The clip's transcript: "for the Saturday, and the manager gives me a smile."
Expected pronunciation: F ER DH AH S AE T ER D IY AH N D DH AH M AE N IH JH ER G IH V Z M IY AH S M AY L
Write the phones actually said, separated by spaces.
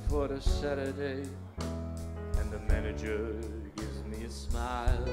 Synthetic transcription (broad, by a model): F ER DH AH S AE T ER D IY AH N DH AH M AE N IH JH ER G IH V Z M IY AH S M AY L